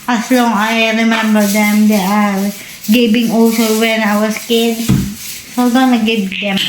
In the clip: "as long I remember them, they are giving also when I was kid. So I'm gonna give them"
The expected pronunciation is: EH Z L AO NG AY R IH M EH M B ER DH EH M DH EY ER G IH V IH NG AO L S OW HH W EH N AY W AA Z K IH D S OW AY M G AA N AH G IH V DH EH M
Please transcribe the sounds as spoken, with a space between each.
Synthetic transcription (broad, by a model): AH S L AO NG AY R IH M EH M B ER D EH M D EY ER G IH B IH NG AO S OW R W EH N AY W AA S K IH D S OW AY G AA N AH G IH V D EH M